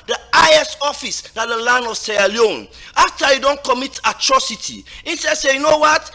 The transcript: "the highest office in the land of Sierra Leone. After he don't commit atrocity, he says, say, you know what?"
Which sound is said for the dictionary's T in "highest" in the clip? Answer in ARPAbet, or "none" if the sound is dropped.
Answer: none